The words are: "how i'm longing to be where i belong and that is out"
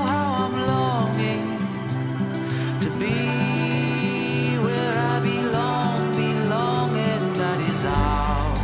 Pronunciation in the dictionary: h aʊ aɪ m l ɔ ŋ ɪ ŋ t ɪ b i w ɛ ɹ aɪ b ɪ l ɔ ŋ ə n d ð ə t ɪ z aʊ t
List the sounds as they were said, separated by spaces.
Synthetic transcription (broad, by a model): h aʊ aɪ m l ɔ ŋ ɪ ŋ t ɪ b i w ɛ ɹ aɪ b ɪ l ɔ ŋ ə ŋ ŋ ð ə t ɪ z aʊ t